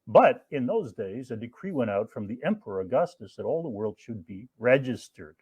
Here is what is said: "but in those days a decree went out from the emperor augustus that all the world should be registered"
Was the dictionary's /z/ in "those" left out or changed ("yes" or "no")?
no